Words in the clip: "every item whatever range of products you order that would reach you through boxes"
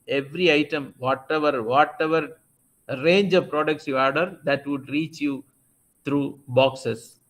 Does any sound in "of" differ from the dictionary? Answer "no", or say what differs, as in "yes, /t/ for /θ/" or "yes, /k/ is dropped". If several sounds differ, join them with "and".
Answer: no